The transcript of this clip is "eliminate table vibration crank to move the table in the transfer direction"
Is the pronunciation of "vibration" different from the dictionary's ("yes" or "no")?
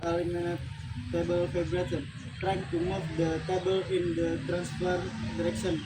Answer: yes